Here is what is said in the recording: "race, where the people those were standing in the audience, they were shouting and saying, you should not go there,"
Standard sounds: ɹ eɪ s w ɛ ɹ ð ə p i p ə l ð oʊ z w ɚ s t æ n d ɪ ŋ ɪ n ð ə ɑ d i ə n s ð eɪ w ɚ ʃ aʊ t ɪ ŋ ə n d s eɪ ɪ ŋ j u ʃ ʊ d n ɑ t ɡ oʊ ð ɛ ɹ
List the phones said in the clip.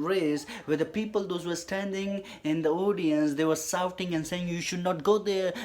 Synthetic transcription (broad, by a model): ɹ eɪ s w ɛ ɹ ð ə p i p ə l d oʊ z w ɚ s t æ n d ɪ ŋ ɪ n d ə ɑ d i ə n s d eɪ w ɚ s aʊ t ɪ ŋ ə n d s eɪ ɪ ŋ j u ʃ ʊ d n ɑ t ɡ oʊ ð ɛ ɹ